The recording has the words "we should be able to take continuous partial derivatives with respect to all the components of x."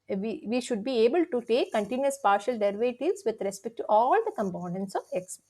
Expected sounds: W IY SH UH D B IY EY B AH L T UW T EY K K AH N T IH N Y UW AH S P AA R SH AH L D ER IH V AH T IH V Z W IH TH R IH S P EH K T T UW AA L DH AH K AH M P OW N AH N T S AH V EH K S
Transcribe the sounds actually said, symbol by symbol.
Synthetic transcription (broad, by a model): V IY SH UH D B IY EY B AH L T UW T EY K K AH N T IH N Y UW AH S P AA R SH AH L D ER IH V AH T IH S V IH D R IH S P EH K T T UW AA L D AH K AH M P OW N AH N T S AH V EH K S